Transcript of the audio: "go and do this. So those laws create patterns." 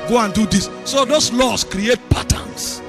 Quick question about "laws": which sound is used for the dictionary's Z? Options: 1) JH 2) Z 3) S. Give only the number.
3